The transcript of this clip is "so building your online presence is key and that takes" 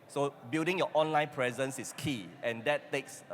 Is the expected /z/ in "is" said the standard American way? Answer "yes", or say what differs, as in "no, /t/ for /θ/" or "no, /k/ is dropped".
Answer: no, /s/ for /z/